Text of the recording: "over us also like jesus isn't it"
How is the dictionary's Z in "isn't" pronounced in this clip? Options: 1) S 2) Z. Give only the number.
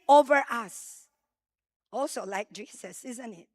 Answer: 2